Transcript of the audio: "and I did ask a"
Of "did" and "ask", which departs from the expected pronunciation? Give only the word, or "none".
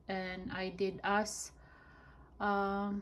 ask